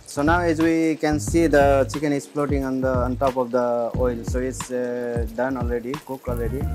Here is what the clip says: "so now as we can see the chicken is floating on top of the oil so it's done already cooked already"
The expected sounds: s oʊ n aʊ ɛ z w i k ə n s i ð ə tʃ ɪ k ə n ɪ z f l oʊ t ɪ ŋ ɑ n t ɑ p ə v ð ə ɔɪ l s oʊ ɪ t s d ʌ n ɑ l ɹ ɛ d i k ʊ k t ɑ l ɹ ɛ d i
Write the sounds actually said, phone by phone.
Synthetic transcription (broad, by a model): s oʊ n aʊ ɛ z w i k ə n s i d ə tʃ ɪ k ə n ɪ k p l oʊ t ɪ ŋ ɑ n t ɑ p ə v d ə ɔɪ l s oʊ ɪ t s d ʌ n ɑ l ɹ ɛ d i k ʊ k ɑ l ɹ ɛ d i